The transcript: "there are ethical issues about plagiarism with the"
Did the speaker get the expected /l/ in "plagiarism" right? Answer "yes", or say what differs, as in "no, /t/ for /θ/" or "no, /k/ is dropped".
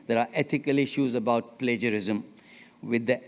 yes